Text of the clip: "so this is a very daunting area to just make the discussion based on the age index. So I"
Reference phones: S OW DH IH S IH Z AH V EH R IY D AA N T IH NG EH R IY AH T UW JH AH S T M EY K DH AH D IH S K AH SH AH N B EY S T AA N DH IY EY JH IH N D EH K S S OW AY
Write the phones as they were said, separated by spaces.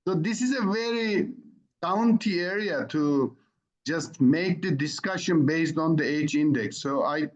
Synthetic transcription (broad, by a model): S OW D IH S IH Z AH V EH R IY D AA N T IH EH R IY AH T UW JH AH S T M EY K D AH D IH S K AH SH AH N B EY S T AA N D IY EY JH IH N D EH K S S OW AY